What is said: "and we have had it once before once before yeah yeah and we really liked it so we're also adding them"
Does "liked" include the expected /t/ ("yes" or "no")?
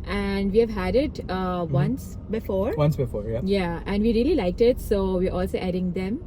yes